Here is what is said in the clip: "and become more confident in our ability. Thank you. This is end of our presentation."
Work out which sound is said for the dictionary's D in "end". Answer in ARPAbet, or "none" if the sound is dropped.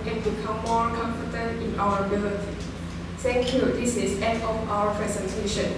none